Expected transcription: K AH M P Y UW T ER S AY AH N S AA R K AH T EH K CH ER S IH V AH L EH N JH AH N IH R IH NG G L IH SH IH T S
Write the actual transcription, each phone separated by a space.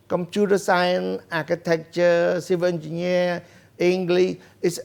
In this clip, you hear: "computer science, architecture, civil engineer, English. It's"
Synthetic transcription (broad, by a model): K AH M P Y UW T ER S AY AH N S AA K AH T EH K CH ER S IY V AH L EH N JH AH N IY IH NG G L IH IH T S